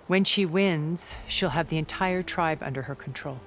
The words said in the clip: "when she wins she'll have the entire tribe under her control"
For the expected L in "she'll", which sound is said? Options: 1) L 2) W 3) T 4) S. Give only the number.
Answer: 1